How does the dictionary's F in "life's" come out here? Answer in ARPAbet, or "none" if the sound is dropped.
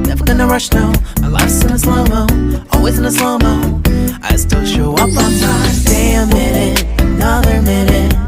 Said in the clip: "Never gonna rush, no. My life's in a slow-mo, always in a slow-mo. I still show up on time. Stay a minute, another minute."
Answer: none